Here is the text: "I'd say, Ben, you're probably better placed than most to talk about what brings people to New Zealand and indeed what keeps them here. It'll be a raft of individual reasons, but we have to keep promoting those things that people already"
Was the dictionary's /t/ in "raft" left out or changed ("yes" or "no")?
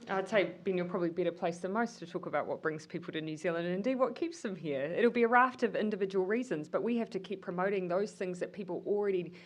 no